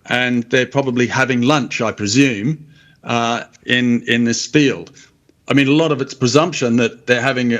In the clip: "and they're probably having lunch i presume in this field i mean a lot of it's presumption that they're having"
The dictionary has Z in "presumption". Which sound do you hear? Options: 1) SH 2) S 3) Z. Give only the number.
3